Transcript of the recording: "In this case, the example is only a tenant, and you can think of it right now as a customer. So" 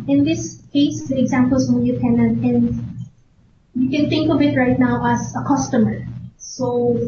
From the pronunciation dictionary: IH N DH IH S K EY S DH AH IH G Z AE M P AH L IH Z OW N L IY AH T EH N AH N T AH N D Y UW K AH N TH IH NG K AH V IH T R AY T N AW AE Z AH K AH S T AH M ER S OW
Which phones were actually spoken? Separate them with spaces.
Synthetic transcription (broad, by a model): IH N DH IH S K EY S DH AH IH G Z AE M P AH L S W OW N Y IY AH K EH N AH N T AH N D Y UW K AH N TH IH NG K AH B IH T R AY T N AW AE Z AH K AH S T AH M ER S OW